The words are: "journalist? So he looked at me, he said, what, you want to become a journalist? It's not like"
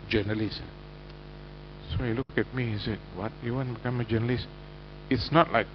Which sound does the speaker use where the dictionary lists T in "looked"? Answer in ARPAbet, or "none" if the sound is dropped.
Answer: none